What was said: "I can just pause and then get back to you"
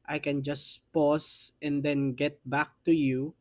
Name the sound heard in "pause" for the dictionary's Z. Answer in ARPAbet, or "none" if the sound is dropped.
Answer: S